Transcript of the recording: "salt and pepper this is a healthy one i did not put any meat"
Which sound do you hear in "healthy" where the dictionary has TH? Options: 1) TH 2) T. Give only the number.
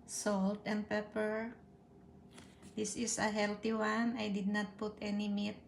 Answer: 2